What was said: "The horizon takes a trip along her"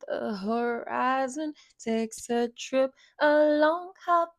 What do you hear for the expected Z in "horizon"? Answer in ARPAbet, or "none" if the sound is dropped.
Z